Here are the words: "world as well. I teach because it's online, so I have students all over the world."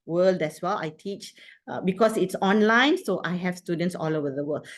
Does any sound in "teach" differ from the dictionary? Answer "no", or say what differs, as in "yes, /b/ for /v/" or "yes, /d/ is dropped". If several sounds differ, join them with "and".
no